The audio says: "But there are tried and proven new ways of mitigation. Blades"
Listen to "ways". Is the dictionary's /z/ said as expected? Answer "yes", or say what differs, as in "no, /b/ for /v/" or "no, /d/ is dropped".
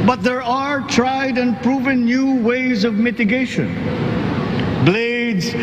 yes